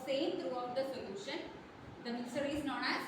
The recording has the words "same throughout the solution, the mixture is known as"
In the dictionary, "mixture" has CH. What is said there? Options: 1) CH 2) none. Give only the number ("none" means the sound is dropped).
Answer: 2